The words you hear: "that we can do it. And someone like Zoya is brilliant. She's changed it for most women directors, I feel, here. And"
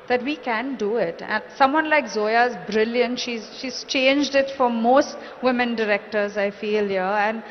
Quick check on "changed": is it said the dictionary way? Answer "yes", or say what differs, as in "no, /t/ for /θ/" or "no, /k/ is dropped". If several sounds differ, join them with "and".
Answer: yes